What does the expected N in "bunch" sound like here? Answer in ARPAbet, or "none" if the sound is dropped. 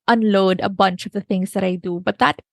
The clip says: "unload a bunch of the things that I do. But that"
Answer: N